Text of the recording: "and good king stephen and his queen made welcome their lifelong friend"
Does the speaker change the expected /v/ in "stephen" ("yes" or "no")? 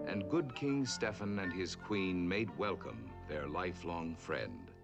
yes